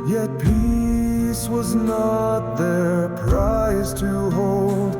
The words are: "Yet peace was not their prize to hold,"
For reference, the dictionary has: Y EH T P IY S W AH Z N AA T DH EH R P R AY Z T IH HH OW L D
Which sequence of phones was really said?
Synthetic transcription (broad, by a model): Y EH T P IY S W AH Z N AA T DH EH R P R AY Z T IH HH OW L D